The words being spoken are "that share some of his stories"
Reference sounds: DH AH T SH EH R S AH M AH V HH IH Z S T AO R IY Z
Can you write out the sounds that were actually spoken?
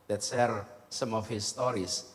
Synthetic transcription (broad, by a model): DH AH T S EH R S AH M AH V HH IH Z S T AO R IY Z